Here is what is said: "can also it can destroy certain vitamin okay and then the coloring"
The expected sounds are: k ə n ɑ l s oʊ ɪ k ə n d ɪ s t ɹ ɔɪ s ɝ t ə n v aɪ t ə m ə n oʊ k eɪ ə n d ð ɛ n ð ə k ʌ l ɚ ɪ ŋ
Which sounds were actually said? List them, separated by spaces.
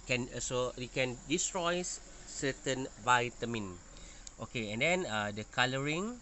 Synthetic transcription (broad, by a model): k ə n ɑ s oʊ ɪ k ə n d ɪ s t ɹ ɔɪ s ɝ t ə n v aɪ t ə m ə n oʊ k eɪ ə n d ɛ n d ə k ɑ l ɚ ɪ ŋ